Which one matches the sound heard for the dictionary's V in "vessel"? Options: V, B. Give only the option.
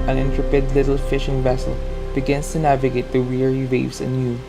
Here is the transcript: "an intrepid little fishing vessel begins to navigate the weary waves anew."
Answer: V